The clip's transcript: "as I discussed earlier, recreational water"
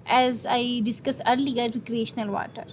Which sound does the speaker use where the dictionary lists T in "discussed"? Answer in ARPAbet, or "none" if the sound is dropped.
none